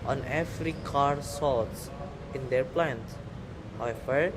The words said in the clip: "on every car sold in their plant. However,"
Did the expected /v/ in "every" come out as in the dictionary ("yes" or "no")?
no